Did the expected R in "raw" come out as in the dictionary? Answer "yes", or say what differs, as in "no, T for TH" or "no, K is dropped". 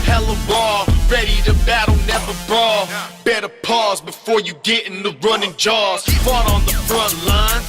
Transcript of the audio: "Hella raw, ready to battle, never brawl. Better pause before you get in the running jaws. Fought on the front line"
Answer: no, W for R